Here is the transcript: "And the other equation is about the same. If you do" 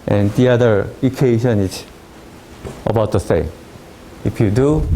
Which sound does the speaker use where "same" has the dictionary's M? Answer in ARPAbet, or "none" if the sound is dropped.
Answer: none